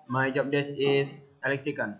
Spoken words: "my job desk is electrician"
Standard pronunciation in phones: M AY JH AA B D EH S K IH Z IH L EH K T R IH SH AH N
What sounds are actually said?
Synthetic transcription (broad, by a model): M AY JH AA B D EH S IH S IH L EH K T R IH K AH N